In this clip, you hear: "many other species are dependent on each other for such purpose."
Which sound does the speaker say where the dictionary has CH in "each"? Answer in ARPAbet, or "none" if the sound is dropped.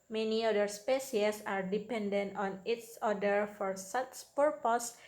S